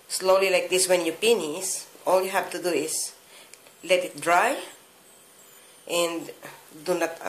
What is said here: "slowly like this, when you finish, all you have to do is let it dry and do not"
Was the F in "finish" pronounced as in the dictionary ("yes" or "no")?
no